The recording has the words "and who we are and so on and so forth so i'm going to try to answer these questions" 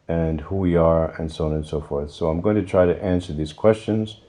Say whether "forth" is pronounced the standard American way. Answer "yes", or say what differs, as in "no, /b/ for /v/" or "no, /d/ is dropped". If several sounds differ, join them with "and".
yes